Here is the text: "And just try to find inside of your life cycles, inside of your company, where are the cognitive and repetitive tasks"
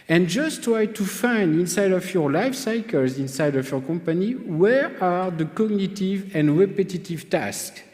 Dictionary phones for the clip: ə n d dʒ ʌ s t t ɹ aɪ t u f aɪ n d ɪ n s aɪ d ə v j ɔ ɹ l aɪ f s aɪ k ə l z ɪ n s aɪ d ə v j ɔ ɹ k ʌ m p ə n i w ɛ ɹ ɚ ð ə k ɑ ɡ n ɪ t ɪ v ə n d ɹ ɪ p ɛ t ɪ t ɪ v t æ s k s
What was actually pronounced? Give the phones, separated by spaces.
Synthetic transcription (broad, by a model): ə n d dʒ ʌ s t t ɹ aɪ t u f aɪ n d ɪ n s aɪ d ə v j ɔ ɹ l aɪ f s aɪ k ə l z ɪ n s aɪ d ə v j ɔ ɹ k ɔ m p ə n i w ɛ ɹ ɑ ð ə k ɑ ɡ n ɪ t ɪ v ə n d ɹ ɪ p ɛ t ɪ t ɪ v t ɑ s k